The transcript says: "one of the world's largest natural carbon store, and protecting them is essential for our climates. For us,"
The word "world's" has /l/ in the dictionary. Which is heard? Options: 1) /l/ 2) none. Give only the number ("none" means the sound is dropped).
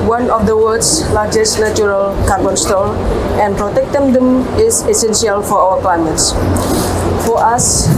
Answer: 2